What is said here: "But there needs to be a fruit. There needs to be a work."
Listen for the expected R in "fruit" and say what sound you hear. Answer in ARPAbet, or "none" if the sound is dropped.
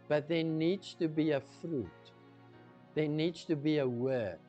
R